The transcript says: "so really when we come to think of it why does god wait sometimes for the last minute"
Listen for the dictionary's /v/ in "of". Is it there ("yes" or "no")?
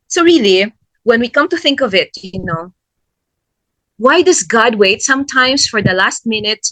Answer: yes